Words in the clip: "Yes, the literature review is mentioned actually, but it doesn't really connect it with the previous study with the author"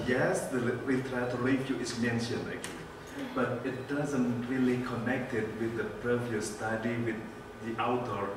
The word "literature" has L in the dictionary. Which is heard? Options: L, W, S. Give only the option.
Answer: W